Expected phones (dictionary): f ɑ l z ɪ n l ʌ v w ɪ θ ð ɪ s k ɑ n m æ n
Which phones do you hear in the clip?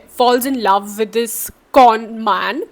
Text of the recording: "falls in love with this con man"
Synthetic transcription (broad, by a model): f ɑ l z ɪ n l ʌ v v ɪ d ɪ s k ɑ n m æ n